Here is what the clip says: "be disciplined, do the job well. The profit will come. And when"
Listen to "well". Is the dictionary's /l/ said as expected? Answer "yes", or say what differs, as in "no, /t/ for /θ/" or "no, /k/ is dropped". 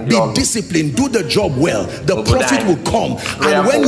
yes